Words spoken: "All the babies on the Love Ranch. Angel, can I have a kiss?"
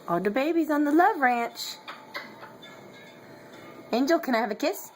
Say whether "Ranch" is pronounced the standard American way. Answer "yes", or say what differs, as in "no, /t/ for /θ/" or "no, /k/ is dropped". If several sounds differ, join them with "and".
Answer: yes